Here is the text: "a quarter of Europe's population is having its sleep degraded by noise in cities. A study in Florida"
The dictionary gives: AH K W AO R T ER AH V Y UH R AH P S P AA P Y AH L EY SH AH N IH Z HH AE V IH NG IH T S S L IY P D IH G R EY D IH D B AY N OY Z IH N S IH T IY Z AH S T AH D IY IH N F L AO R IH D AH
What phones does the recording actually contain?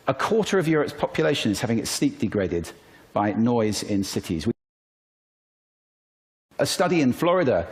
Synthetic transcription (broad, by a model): AH K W AO T ER AH V Y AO R AH P S P AA P Y AH L EY SH AH N IH Z HH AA V IH NG IH T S S L IY P D IH G R EY D IH D B AY N OY Z IH N S IH T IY Z AH S T AH D IY IH N F L AO R IH D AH